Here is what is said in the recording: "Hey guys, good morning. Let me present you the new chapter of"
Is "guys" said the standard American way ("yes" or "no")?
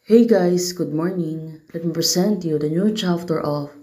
no